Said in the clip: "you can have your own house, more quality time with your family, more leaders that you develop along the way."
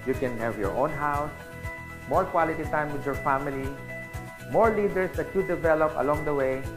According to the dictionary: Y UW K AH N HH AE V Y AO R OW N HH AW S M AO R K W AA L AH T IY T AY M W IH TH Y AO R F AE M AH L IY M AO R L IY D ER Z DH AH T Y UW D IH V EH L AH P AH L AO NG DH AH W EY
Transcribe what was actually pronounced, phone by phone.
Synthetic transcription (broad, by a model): Y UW K AH N HH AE V Y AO R OW N HH AW S M AO R K W AA L AH T IY T AY M W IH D Y AO R F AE M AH L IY M AO R L IY D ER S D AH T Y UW D IH V EH L AH P AH L AO NG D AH W EY